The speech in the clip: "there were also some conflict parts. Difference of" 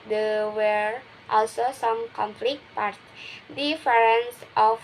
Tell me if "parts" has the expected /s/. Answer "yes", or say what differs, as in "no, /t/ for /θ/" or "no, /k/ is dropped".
no, /s/ is dropped